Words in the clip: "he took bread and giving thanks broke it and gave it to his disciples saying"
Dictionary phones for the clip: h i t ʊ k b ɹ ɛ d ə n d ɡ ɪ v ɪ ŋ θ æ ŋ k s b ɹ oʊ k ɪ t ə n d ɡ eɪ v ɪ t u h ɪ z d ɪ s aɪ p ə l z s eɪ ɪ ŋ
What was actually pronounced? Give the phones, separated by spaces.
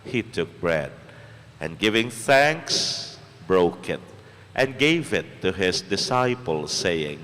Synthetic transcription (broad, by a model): h i t ʊ k b ɹ ɛ d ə n ɡ ɪ v ɪ ŋ θ æ ŋ k s b ɹ oʊ k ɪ t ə n ɡ eɪ v ɪ t u h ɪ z d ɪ s aɪ p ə l s eɪ ɪ ŋ